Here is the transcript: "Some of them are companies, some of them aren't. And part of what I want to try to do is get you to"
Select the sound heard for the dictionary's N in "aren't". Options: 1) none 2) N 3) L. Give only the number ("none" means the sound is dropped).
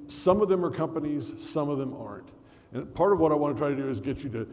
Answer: 2